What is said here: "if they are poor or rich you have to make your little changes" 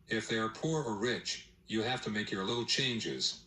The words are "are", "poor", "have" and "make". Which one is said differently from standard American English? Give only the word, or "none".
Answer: have